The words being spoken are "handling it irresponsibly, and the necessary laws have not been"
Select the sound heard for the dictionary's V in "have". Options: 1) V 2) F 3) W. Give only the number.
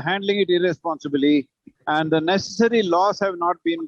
1